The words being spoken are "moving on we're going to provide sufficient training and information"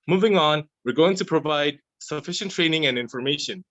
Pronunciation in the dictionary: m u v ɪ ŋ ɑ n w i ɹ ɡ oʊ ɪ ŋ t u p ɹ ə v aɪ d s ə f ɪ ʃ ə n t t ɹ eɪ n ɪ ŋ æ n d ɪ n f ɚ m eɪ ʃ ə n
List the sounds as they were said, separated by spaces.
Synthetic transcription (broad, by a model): m u v ɪ ŋ ɑ n w i ɹ ɡ oʊ ɪ ŋ t u p ɹ ə v aɪ d s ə f ɪ ʃ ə n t t ɹ eɪ n ɪ ŋ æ n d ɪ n f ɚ m eɪ ʃ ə n